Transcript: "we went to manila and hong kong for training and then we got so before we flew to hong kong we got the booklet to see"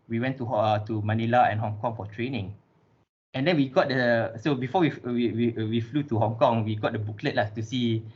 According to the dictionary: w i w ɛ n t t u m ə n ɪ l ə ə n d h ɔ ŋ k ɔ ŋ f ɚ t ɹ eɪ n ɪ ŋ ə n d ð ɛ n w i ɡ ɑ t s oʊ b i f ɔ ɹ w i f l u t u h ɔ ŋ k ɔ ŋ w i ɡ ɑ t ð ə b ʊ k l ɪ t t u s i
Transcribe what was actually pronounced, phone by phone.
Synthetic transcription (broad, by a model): w i w ɛ n t t u m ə n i l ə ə n h ɔ ŋ k ɔ ŋ f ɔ t ɹ eɪ n ɪ ŋ ə n d ɛ n w i ɡ ɑ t s oʊ b i f ɔ w w i f l u t u h ɔ ŋ k ɔ ŋ w i ɡ ɑ t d ə b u k l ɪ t t u s i